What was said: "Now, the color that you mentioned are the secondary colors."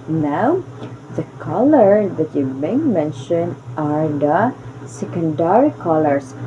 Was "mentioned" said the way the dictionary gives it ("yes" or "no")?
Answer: no